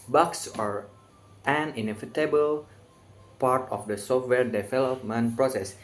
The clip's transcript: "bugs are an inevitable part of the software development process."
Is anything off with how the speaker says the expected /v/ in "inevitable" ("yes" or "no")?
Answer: yes